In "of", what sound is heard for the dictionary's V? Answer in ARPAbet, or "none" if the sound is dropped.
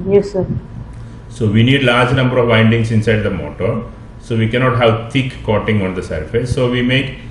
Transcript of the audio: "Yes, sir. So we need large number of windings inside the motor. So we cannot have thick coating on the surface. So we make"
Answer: V